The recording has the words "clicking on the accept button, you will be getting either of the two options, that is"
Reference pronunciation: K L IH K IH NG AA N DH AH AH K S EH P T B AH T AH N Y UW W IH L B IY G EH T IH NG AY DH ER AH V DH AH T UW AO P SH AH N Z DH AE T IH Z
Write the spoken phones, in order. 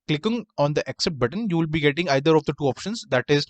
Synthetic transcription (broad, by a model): K L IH K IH NG AA N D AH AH K S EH T B AH T AH N Y UW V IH L B IY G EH T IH NG AY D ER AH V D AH T UW AO P SH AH N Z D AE T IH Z